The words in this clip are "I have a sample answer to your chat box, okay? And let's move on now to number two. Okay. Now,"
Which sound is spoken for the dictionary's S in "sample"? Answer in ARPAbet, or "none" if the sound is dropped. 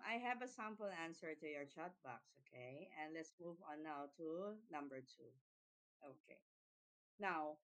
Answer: S